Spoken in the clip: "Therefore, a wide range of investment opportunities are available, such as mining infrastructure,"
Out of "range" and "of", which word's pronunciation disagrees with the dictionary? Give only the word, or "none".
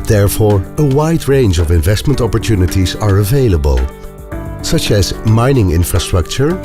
none